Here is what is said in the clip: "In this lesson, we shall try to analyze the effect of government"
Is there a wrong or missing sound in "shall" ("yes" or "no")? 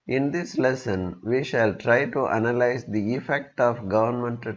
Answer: no